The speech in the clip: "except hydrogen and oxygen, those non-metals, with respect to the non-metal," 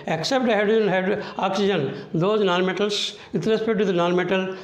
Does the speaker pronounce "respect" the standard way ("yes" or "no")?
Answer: no